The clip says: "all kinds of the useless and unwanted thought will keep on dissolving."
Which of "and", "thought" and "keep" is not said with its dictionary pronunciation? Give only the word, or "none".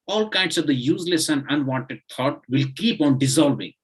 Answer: thought